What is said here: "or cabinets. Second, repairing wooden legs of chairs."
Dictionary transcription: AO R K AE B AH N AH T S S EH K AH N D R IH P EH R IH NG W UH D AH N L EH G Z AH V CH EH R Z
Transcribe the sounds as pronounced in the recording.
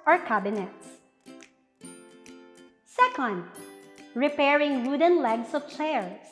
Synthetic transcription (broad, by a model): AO R K AE B AH N AH T S S EH K AH N D R IH P EH R IH NG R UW D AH N L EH G S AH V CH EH R